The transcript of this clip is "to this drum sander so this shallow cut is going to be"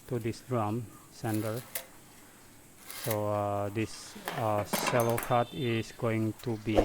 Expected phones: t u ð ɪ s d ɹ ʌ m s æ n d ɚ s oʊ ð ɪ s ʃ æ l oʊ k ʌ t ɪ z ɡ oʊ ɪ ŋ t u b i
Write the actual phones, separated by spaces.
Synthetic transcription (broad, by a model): t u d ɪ s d ɹ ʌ m s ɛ n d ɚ s oʊ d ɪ s s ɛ l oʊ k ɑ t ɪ s ɡ oʊ ɪ ŋ t u b i